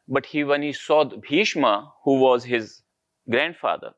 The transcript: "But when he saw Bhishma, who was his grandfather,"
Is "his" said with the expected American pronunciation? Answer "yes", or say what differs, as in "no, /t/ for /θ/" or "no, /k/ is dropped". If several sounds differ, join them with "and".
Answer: yes